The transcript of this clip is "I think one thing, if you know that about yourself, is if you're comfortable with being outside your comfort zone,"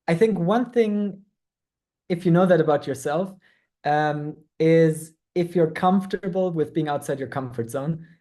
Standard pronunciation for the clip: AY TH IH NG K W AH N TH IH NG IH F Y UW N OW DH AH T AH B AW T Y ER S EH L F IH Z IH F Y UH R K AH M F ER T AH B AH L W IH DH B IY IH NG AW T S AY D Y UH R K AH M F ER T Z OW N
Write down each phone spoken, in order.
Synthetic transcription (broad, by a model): AY TH IH NG K W AH N TH IH NG IH F Y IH N OW DH AH T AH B AW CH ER S EH L F IH Z IH F Y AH R K AH M F T AH B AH L W IH DH B IY IH NG AW T S AY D Y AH R K AH M F ER T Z OW N